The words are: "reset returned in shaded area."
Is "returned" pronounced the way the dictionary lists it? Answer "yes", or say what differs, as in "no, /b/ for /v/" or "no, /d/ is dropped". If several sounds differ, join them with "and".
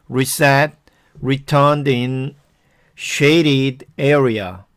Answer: yes